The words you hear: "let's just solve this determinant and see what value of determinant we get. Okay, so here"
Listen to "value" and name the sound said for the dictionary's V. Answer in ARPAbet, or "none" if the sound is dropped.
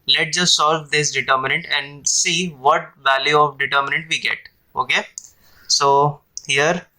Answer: V